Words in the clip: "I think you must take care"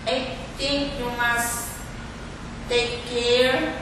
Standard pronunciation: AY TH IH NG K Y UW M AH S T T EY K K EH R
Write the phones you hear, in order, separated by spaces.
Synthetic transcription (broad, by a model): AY T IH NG K Y UW M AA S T T EY K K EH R